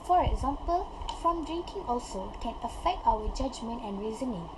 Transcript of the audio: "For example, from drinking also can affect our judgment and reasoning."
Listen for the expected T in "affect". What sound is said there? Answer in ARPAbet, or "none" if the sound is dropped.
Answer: T